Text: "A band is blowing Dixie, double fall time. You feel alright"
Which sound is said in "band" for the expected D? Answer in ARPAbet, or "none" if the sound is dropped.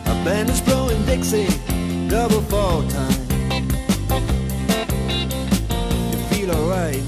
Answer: none